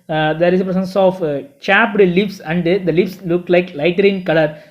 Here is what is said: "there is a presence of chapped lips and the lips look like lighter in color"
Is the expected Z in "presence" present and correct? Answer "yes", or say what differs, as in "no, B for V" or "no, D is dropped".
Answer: no, S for Z